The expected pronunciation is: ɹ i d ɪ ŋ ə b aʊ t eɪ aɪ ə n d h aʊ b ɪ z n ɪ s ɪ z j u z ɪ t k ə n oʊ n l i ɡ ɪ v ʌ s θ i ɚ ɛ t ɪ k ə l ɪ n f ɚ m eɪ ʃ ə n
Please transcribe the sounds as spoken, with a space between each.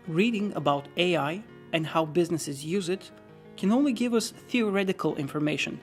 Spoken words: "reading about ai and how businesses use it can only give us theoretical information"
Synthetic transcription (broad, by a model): ɹ i d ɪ ŋ ə b aʊ t eɪ aɪ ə n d h aʊ b ɪ z n ɪ s ɪ z j u z ɪ t k ə n oʊ n l i ɡ ɪ v ʌ s θ i ɚ ɛ t ɪ k ə l ɪ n f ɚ m eɪ ʃ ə n